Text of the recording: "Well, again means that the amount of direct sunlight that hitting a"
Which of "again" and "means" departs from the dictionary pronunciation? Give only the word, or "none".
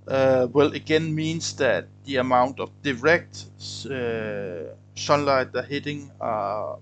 means